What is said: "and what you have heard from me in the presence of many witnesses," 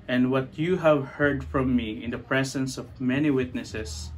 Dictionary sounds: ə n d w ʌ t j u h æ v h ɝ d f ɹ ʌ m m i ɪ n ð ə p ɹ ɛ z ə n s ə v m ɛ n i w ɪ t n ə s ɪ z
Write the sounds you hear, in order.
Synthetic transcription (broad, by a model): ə n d w ʌ t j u h æ v h ɝ d f ɹ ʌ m m i ɪ n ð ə p ɹ ɛ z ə n s ə v m ɛ n i w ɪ t n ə s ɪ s